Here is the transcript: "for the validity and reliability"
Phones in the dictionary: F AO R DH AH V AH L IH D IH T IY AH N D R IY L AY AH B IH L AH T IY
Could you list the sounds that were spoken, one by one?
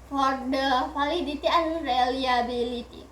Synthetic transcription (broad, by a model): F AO R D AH F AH L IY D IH T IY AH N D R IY L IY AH B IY L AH T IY